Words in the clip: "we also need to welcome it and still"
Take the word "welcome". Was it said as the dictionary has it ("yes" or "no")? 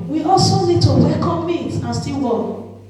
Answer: no